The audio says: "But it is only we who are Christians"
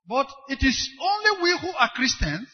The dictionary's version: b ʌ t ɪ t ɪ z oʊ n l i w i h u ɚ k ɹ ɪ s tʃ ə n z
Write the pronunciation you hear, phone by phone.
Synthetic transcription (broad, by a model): b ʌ t ɪ t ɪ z oʊ n l i w i h u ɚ k ɹ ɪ s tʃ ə n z